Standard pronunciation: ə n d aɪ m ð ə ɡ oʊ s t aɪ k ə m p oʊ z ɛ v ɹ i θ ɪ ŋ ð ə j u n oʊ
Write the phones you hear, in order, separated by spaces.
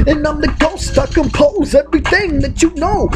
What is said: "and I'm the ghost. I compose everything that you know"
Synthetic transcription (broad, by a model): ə n aɪ m ð ə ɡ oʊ s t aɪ k ə m p oʊ z ɛ v ɹ i θ ɪ ŋ ð ə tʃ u n oʊ